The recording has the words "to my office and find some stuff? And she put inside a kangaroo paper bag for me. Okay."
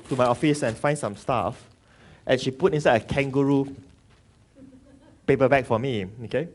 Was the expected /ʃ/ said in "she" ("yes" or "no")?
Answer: yes